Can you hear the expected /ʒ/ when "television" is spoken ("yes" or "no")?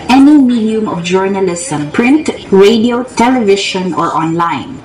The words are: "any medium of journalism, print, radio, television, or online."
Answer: no